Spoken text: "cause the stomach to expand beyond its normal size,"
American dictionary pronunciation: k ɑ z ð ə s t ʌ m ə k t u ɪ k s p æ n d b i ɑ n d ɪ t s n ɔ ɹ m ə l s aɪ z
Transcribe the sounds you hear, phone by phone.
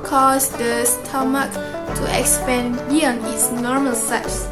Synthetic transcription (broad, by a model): k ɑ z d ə s t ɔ m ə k t u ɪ k s p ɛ n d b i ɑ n ɪ t s n ɔ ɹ m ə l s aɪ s